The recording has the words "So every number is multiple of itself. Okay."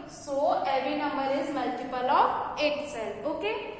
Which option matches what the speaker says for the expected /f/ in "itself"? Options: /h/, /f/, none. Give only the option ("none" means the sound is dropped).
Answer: none